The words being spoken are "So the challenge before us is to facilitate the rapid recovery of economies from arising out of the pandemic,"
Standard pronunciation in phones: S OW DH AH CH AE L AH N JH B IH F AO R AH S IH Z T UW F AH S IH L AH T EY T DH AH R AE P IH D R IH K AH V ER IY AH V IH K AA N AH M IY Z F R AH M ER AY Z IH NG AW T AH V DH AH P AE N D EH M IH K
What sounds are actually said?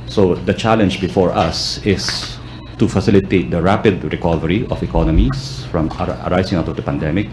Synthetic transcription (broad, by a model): S OW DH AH CH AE L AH N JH B IH F AO R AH S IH S T UW F AH S IH L AH T EY T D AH R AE P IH D R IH K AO V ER IY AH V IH K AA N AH M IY S F R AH M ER AY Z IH NG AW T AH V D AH P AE N D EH M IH K